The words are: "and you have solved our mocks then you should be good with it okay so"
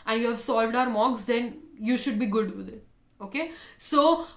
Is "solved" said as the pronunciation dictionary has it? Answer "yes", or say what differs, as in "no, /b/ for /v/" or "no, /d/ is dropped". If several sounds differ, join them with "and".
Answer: yes